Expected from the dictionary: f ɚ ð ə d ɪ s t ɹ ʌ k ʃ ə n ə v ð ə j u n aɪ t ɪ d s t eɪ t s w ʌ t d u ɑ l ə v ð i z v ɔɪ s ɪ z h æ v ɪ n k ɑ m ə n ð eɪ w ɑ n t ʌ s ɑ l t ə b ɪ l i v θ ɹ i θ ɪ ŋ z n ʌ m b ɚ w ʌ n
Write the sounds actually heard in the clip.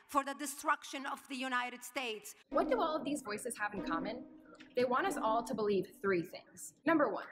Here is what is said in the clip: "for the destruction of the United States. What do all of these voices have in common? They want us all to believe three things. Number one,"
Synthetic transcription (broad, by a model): f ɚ ð ə d ɪ s t ɹ ʌ k ʃ ə n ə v ð ə j u n aɪ t ɪ d s t eɪ t s w ʌ t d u ɑ l ə v ð i z v ɔɪ s ɪ z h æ v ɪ n k ɑ m ə n ð eɪ w ɑ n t ʌ s ɑ l t ə b ɪ l i v θ ɹ i θ ɪ ŋ z n ʌ m b ɚ w ʌ n